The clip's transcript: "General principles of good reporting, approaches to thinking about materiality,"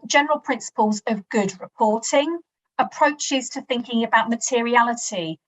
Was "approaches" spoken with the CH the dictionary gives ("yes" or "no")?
yes